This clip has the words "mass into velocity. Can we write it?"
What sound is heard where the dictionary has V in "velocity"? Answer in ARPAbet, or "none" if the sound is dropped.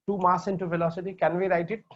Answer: F